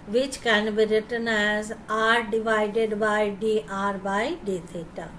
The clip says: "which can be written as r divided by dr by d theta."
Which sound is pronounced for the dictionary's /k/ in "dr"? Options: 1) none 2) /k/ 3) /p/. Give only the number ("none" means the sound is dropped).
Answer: 1